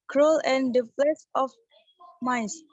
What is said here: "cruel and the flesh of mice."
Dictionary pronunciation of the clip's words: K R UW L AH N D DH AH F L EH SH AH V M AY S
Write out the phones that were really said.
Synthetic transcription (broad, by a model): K R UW L AH N D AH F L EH S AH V M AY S